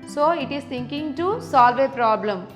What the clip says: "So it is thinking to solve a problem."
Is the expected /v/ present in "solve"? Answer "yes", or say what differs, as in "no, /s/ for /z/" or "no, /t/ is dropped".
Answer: yes